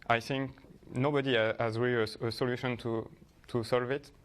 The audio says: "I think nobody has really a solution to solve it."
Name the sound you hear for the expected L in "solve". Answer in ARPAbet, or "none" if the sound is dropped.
L